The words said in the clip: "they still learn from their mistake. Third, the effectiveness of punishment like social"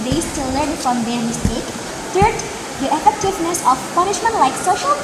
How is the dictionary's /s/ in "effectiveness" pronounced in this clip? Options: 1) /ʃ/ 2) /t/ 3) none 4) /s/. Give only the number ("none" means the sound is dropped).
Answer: 4